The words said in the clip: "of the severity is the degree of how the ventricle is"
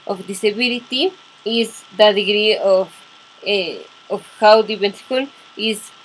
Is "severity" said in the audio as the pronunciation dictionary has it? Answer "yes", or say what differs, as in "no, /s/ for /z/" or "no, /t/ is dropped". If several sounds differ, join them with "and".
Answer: no, /b/ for /v/ and /l/ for /ɹ/